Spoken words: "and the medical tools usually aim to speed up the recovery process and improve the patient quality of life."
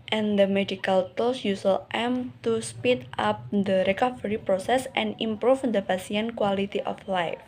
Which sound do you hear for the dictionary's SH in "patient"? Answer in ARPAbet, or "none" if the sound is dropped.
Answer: S